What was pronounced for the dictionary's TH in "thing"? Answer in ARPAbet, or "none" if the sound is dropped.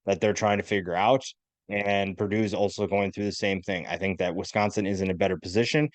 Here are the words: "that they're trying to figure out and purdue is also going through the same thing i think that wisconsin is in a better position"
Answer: TH